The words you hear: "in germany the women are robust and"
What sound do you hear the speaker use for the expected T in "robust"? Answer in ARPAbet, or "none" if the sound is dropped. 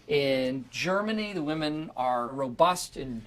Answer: T